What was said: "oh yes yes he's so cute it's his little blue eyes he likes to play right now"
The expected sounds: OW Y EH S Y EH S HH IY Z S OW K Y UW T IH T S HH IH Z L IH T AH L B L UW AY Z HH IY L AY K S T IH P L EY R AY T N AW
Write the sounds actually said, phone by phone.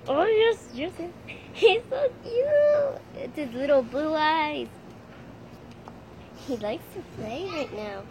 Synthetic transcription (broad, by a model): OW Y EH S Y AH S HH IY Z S OW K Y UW IH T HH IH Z L IH T L B L UW AY Z HH IY L AY K S T IH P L EY R AY T N AW